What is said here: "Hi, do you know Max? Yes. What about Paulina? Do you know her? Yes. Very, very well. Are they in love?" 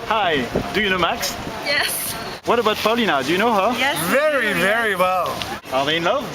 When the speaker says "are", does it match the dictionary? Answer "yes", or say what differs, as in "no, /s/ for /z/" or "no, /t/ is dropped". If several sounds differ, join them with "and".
no, /l/ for /ɹ/